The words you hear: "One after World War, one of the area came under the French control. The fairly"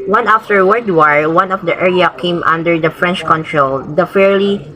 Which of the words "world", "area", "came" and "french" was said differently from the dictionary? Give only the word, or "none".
world